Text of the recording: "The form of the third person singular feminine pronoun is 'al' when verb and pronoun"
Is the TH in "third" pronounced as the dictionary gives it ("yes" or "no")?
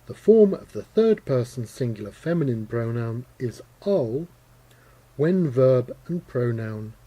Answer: yes